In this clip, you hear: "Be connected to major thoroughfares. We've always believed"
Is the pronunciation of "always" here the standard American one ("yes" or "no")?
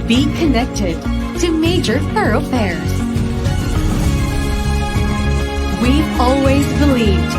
yes